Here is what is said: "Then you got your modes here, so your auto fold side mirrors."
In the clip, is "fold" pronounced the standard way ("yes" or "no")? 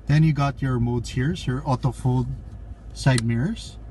yes